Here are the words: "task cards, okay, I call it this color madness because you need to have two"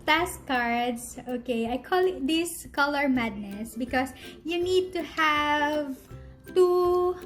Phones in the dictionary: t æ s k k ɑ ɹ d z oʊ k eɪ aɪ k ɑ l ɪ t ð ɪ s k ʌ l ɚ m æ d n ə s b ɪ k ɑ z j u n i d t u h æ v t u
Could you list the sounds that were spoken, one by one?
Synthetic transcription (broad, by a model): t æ s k k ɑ ɹ d s oʊ k eɪ aɪ k ɑ l ɪ t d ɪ s k ʌ l ɚ m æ d n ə s b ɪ k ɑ s j u n i d t u h æ v t u